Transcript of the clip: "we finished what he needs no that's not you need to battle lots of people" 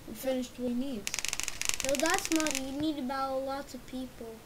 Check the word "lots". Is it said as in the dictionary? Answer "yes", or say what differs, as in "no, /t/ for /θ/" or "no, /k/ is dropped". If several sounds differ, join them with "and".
no, /s/ is dropped